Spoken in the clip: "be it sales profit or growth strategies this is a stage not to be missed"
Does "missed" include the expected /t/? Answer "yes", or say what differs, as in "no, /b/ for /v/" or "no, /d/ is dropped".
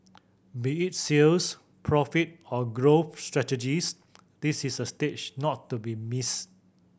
no, /t/ is dropped